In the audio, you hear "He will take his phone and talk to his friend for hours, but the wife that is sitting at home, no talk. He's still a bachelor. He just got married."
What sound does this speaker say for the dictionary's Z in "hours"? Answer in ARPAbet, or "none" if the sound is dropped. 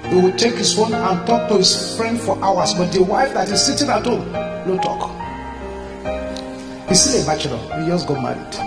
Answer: S